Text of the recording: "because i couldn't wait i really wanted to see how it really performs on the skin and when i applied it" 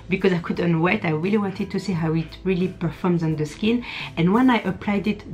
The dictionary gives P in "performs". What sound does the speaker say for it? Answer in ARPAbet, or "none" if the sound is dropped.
P